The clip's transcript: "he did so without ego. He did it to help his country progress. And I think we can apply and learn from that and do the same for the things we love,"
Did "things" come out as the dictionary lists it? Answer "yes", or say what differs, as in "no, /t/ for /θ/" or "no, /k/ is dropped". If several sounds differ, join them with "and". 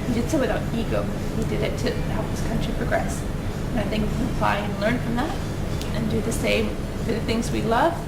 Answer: yes